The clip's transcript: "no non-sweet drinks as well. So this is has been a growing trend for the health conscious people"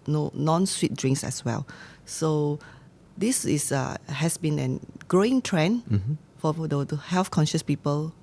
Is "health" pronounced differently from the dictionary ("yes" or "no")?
yes